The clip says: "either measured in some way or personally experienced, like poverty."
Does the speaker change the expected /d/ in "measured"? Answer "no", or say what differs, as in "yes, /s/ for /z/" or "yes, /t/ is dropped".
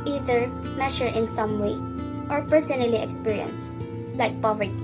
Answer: yes, /d/ is dropped